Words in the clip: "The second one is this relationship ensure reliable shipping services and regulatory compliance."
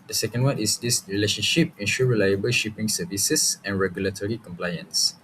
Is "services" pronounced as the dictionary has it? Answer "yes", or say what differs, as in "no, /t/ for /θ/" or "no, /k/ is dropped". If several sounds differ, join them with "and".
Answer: no, /s/ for /z/